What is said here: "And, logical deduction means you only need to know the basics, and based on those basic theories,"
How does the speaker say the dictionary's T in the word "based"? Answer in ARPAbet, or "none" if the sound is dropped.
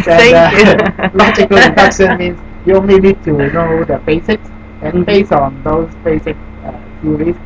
none